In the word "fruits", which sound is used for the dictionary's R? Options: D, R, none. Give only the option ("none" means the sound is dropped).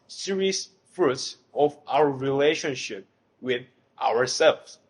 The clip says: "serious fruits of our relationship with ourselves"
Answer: R